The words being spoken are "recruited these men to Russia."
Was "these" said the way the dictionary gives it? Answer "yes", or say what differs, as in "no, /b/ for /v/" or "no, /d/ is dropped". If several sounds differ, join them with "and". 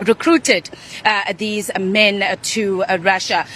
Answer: yes